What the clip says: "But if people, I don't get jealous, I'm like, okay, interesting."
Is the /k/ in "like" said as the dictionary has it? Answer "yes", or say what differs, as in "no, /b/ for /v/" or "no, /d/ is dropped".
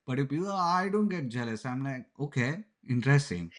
no, /k/ is dropped